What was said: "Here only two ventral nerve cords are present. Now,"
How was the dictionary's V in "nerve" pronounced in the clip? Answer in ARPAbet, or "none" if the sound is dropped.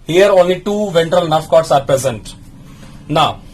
F